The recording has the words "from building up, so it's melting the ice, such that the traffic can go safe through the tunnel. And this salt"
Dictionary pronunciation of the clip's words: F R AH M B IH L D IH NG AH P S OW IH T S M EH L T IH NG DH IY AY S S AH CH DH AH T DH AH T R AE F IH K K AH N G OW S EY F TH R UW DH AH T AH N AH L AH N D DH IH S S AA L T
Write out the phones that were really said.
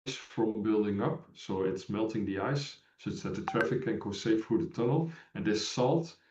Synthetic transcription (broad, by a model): F R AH M B IH L D IH NG AH P S OW IH T S M EH L T IH NG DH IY AY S S AH CH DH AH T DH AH T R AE F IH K K AH N G OW S EY F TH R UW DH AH T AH N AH L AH N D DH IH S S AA L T